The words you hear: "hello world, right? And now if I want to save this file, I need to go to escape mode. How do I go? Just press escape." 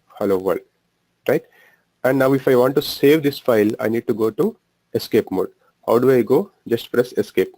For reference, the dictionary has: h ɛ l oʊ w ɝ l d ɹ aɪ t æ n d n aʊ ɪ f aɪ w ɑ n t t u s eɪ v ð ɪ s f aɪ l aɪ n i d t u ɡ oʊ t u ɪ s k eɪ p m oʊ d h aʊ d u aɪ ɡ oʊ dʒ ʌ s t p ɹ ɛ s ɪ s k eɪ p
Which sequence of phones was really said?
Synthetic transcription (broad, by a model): h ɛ l oʊ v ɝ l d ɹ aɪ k æ n d n aʊ ɪ f aɪ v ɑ n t t u s eɪ v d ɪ s f aɪ l aɪ n i d t u ɡ oʊ t u ɪ s k eɪ p m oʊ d h aʊ d u aɪ ɡ oʊ dʒ ʌ s t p ɹ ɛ s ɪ s k eɪ p